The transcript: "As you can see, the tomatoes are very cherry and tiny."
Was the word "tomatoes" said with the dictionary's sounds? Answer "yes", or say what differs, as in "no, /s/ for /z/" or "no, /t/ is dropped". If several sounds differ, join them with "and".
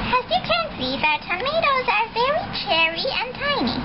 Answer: yes